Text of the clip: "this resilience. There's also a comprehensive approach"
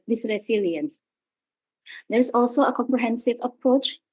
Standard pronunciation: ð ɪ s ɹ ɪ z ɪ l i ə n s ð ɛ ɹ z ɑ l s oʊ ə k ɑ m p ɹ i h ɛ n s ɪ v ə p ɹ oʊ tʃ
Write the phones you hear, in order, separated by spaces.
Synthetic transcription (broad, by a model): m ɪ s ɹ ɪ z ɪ l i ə n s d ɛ ɹ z ɑ l s oʊ ə k ɑ m p ɹ i h ɛ n s ɪ v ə p ɹ oʊ tʃ